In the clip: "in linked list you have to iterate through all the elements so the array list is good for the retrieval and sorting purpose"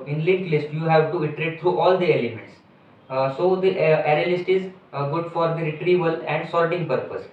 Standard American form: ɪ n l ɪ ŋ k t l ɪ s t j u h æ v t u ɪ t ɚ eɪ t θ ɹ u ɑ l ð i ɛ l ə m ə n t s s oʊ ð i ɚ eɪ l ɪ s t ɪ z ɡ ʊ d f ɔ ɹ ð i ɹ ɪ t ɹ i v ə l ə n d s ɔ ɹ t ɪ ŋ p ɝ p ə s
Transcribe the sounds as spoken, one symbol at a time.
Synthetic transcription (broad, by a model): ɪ n l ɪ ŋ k l ɪ s t j u h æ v t u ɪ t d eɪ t t ɹ u ɑ l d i ɛ l ə m ə n t s s oʊ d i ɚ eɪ l ɪ s t ɪ z ɡ ʊ d f ɔ ɹ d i ɹ ɪ t ɹ i v ə l ə n d s ɔ l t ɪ ŋ p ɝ p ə s